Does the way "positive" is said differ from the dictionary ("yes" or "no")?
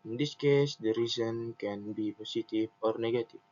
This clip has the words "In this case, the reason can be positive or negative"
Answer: yes